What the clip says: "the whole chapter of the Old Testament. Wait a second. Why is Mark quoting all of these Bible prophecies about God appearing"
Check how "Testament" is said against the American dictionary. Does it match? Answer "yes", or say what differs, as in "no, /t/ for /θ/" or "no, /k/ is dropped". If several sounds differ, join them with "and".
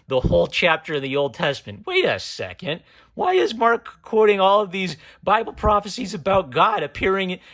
yes